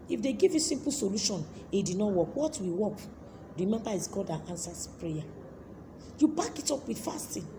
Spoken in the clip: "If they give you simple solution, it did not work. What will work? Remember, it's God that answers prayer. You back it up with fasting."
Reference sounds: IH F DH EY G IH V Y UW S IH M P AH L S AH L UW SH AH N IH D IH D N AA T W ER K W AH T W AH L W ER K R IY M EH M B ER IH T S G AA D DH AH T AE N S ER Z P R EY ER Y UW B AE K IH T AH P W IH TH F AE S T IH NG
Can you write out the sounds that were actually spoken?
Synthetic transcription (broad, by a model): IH F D EY G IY V Y UW S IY M P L S AH L UW SH AH N IH D IH D N AA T W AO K W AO T W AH W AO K R IY M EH M B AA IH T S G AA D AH T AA N S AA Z P R EY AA Y UW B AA K IH T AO P W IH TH F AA S T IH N